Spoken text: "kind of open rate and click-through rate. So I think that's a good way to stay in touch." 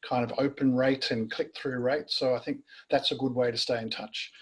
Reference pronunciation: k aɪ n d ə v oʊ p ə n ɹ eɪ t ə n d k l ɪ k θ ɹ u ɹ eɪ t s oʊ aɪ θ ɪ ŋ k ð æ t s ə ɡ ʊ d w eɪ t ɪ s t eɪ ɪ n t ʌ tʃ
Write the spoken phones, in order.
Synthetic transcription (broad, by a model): k aɪ n d ə v oʊ p ə n ɹ eɪ t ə n k l ɪ k θ ɹ u ɹ eɪ t s oʊ aɪ θ ɪ ŋ k ð æ t s ə ɡ ʊ d w eɪ t ɪ s t eɪ ɪ n t ʌ tʃ